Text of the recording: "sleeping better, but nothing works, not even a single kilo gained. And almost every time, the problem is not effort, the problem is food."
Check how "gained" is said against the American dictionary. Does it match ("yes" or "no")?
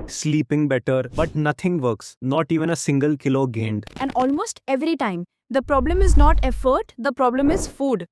yes